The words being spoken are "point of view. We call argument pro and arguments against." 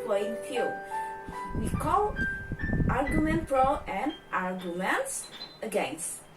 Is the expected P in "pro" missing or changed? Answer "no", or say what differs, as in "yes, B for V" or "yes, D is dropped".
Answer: yes, F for P